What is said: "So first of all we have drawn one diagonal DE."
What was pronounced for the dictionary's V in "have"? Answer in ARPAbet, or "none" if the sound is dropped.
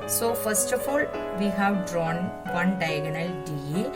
V